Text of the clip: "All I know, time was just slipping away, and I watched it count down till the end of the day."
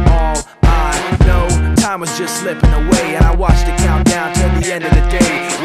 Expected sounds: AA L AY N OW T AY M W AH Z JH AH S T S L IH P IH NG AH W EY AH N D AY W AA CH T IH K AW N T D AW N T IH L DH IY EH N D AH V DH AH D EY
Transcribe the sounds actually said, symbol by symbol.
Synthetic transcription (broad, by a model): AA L AY N OW T AY M W AH Z JH AH S T S L IH P IH NG AH W EY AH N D AY W AA CH T IH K AW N D AW N T IH L DH IY EH N D AH V DH AH D EY